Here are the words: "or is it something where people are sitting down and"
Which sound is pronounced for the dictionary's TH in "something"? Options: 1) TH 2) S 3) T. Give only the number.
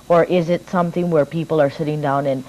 1